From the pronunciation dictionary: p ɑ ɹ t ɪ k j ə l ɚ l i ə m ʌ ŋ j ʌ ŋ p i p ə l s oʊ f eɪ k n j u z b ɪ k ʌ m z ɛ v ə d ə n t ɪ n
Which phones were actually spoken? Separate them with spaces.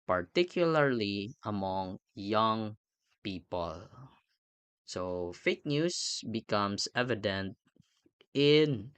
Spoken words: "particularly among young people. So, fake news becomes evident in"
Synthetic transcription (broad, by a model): p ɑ ɹ t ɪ k j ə l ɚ l i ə m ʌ ŋ j ʌ ŋ p i p ə l s oʊ f eɪ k n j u s b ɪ k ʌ m s ɛ v ə d ə n t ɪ n